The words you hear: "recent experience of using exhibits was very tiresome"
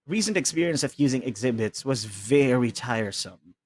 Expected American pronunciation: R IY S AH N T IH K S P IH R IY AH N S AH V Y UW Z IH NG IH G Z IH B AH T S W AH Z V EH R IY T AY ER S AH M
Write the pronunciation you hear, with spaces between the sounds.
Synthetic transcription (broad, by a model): R IY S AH N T IH K S P IH R IY AH N S AH V Y UW Z IH NG IH G Z IH B AH T S W AH Z V EH R IY T AY ER S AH M